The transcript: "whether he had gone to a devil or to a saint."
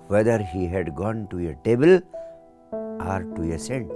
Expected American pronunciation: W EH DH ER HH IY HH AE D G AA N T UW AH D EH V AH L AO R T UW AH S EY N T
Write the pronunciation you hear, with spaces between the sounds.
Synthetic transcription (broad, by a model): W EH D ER HH IY HH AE D G AA N T UW AH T EH B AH L AO R T UW AH S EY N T